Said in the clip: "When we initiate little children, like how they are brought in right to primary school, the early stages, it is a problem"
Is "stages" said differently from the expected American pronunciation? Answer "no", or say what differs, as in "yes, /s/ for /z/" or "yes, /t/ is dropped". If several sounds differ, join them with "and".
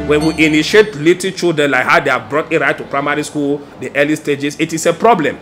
yes, /s/ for /z/